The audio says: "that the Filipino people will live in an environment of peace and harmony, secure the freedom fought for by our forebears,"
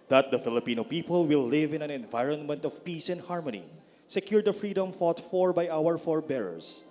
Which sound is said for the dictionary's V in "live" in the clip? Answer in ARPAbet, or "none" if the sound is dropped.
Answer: V